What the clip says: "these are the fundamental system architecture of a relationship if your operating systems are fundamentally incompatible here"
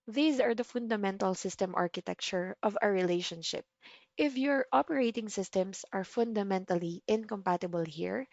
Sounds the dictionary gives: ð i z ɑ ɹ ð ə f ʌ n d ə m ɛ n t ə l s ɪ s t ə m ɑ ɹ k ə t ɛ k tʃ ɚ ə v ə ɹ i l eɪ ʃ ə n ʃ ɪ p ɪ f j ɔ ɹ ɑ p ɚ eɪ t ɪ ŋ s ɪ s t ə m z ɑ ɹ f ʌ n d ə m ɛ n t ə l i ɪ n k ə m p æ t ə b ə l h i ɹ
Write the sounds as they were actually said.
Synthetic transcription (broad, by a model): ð i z ɑ ɹ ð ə f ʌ n d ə m ɛ n t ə l s ɪ s t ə m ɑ ɹ k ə t ɛ k tʃ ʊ ə v ə ɹ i l eɪ ʃ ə n ʃ ɪ p ɪ f j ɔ ɹ ɑ p ɚ eɪ t ɪ ŋ s ɪ s t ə m s ɑ ɹ f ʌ n d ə m ɛ n t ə l i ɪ n k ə m p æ t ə b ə l h i ɹ